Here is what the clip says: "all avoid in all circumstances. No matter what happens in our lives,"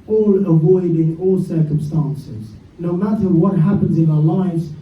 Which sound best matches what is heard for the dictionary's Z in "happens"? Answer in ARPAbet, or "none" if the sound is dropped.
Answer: Z